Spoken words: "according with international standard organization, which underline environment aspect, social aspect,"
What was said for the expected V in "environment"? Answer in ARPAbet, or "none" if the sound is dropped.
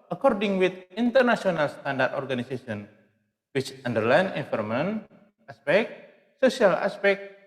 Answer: F